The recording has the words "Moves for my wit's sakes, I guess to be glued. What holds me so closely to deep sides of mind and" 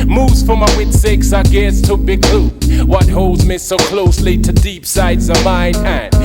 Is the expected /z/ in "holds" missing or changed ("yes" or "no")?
no